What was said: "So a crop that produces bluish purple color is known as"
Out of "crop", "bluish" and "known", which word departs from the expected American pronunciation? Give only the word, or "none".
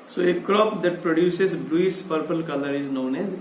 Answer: bluish